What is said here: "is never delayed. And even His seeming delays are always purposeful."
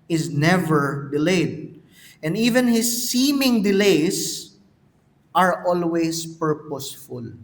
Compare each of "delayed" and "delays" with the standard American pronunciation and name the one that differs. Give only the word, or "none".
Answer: delays